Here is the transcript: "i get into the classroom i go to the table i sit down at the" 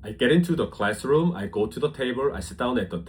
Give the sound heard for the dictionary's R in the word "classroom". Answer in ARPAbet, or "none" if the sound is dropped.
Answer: R